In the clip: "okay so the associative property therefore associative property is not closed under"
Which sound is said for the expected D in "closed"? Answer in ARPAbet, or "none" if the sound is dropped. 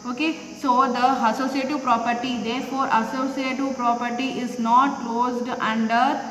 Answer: D